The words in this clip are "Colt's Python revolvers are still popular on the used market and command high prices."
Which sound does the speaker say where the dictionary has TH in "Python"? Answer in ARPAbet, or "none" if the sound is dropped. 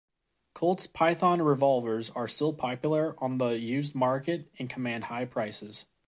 TH